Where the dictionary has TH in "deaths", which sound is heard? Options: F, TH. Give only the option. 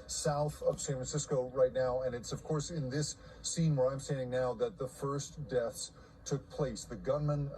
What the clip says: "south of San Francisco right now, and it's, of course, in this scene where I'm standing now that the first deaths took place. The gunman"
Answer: TH